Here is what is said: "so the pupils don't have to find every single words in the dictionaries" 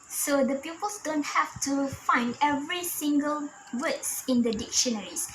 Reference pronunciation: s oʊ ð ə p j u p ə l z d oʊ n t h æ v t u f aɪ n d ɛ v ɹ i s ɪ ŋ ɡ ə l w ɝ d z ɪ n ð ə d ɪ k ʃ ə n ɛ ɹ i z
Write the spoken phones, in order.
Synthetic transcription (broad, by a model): s oʊ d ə p j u p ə l s d oʊ n t h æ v t u f aɪ n d ɛ v ɹ i s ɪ ŋ ɡ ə l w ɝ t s ɪ n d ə d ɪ k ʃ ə n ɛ ɹ i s